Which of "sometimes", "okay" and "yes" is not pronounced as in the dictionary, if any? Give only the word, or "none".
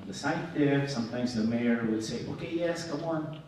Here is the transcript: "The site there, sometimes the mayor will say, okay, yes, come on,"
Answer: none